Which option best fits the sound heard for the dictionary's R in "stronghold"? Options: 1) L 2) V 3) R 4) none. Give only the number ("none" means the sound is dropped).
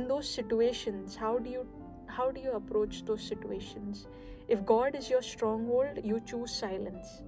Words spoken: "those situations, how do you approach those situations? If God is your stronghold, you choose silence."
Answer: 3